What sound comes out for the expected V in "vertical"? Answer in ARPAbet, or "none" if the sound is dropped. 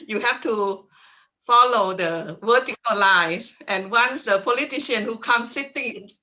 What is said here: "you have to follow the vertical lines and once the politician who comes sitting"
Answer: W